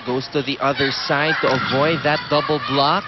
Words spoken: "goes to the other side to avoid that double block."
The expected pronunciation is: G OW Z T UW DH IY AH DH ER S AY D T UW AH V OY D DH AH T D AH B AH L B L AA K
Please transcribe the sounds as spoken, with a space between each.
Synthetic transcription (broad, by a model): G OW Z T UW DH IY AH DH ER S AY D T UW AH V OY D DH AH T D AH B L B L AA K